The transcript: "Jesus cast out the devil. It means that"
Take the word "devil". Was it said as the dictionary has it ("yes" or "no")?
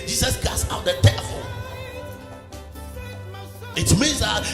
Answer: no